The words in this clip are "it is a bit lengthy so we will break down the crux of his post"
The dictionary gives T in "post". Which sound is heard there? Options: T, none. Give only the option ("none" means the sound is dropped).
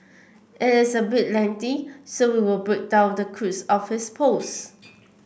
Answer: none